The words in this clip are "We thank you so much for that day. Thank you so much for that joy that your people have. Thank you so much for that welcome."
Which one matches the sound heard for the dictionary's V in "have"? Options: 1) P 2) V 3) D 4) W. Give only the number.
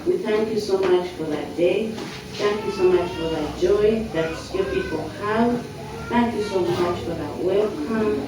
4